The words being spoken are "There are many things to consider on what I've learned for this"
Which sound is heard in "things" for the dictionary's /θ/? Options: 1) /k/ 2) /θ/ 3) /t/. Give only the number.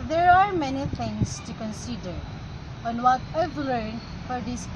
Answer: 3